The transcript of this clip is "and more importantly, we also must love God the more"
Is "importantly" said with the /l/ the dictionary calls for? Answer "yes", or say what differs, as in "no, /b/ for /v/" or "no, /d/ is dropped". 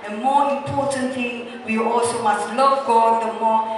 no, /l/ is dropped